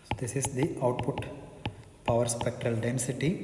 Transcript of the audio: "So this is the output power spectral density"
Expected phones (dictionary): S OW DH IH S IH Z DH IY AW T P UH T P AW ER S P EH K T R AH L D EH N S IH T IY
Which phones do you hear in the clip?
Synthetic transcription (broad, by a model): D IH S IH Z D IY AW T P UH T P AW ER S P EH K T R AH L D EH N S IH T IY